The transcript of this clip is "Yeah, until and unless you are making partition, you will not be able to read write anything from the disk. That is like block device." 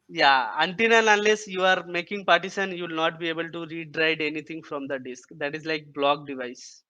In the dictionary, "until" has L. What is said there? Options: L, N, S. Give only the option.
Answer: N